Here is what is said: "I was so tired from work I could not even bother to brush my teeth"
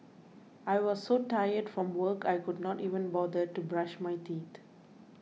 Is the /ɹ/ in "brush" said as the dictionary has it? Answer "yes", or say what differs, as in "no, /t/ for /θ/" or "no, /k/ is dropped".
yes